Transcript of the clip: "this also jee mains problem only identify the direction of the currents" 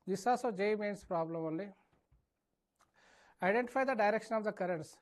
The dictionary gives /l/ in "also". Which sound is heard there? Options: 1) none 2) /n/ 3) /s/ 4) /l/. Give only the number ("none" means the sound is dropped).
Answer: 1